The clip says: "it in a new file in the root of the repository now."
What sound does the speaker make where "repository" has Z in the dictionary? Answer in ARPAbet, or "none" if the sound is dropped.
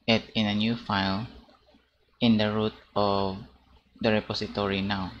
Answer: S